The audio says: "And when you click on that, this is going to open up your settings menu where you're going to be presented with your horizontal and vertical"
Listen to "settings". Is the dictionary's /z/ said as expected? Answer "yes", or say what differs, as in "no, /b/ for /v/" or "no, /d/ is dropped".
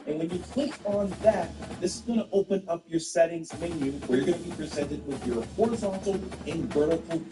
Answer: yes